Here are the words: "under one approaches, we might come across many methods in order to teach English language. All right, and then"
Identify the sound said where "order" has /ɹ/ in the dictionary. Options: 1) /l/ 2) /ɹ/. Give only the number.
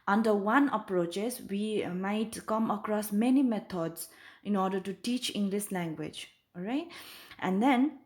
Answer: 2